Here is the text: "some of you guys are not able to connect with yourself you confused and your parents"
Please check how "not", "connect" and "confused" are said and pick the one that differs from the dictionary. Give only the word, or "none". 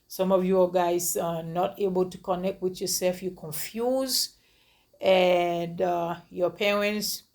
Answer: confused